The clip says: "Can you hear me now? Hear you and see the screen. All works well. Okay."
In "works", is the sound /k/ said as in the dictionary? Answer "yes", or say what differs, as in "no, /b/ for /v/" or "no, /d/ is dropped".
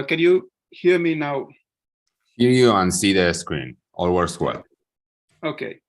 no, /k/ is dropped